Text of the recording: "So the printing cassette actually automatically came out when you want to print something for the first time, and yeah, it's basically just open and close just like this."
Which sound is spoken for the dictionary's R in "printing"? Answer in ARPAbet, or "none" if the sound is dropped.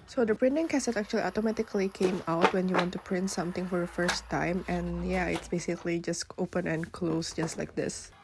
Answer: R